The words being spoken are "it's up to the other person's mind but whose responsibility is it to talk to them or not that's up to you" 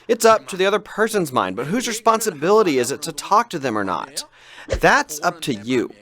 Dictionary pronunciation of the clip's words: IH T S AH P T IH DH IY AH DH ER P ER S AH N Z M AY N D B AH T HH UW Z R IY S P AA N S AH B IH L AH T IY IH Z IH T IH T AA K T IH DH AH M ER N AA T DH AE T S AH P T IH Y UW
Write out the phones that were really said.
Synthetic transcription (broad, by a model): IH T S AH P T IH DH IY AH DH ER P ER S AH N Z M AY N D B AH T HH UW Z R IY S P AA N S AH B IH L AH T IY IH Z IH T IH T AA K T IH DH AH M ER N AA T DH AE T S AH P T IH Y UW